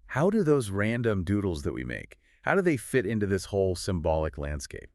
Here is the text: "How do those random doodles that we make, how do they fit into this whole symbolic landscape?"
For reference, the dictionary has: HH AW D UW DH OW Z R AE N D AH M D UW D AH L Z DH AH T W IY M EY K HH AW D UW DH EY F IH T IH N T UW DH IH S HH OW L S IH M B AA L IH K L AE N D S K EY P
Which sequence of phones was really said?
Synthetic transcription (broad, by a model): HH AW D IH DH OW Z R AE N D AH M D UW D L Z DH AH T W IY M EY K HH AW D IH DH EY F IH T IH N T UW DH IH S HH OW L S IH M B AA L IH K L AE N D S K EY P